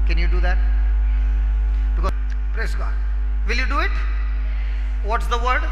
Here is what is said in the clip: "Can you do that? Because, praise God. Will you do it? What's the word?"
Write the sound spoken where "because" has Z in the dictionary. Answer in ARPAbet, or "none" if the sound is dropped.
none